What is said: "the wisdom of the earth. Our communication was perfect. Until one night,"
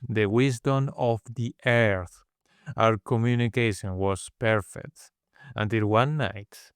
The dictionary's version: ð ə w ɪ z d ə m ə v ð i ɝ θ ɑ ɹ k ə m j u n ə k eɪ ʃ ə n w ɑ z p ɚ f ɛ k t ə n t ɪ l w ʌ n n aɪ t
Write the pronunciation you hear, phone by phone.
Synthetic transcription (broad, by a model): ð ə w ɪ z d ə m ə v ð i ɝ θ ɑ w k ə m j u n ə k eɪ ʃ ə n w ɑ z p ɚ f ɛ k t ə n t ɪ l w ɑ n n aɪ t